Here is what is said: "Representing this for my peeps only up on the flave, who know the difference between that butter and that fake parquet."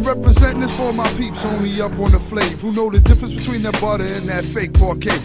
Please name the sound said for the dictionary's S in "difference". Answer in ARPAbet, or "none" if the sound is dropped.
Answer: S